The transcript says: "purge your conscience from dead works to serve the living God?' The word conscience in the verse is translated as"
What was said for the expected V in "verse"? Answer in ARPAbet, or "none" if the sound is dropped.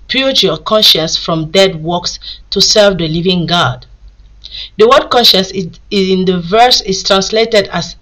V